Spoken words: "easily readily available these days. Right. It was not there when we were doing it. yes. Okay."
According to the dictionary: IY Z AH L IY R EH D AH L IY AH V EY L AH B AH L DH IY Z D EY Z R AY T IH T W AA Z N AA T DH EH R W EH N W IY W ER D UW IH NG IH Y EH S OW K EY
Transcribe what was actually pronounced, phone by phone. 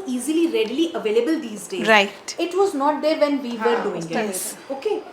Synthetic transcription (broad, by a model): IY Z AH L IY R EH D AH L IY AH V EY L AH B AH L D IY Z D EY R AY T IH T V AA Z N AA T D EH R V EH N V IY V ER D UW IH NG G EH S OW K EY